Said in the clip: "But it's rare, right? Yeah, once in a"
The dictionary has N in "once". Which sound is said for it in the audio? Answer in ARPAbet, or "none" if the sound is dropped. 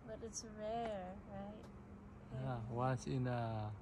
none